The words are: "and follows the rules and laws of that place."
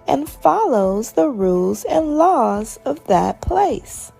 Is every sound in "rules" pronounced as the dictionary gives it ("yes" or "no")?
yes